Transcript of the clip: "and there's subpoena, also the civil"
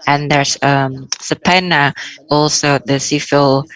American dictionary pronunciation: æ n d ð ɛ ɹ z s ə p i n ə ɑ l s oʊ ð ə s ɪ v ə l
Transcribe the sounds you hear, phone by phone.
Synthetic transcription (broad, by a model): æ n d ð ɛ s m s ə p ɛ n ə ɑ l s oʊ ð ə s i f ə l